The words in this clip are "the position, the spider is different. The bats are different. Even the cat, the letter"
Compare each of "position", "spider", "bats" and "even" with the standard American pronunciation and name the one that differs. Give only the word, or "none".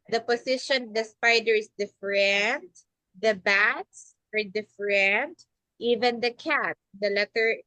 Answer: position